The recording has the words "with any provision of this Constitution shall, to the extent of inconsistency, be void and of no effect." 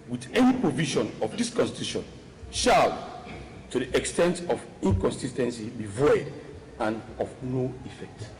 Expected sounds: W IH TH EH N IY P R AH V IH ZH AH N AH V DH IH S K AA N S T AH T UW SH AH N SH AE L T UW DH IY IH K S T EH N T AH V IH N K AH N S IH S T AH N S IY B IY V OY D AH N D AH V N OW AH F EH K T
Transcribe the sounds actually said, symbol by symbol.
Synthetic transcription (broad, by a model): W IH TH EH N IY P R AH V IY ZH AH N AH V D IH S K AA N S T AH T UW SH AH N SH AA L T UW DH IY IH K S T EH N T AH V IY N K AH N S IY S T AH N S IY B IY V OY D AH N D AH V N OW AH F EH K T